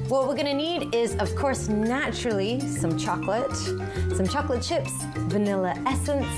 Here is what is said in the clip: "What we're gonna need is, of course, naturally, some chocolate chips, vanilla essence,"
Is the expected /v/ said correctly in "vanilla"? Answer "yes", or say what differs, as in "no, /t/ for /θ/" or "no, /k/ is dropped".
yes